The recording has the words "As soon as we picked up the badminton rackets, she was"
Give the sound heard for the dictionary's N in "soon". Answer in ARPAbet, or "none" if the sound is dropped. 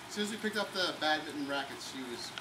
none